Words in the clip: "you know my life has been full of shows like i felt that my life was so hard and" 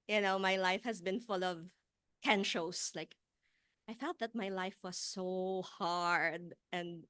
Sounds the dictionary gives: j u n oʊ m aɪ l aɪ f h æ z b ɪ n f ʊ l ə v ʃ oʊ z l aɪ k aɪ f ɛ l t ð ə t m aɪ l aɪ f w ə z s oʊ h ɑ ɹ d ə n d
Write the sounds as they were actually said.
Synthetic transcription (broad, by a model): j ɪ n oʊ m aɪ l aɪ f h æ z b ɪ n f ʊ l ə v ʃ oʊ s l aɪ k aɪ f ɛ l t ð ə t m aɪ l aɪ f w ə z s oʊ h ɑ ɹ d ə n d